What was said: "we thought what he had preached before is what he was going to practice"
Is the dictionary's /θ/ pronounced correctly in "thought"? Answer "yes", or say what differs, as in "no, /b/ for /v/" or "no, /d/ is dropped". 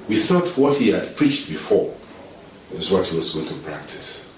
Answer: yes